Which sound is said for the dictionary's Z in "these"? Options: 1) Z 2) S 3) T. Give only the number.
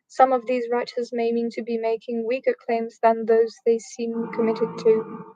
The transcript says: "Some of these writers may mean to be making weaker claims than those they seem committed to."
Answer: 1